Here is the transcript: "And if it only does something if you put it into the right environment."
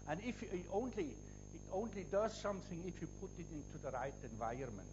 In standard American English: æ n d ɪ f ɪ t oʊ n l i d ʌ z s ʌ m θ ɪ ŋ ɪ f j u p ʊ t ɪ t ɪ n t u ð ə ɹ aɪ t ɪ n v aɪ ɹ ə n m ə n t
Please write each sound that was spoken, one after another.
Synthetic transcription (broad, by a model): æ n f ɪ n ɪ t oʊ n l i d ʌ z s ʌ m θ ɪ ŋ ɪ f j u p ʊ t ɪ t ɪ n t u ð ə ɹ aɪ t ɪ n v aɪ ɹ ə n m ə n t